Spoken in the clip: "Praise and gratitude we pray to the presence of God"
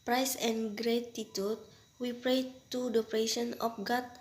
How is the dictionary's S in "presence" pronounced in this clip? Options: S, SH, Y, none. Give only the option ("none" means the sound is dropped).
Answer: none